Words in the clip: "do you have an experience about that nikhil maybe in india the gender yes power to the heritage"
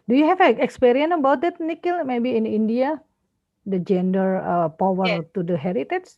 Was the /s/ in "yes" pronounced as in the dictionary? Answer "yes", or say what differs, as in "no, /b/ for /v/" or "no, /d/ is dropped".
no, /s/ is dropped